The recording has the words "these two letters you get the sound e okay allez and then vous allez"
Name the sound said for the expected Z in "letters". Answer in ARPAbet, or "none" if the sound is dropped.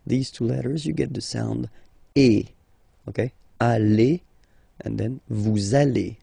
Z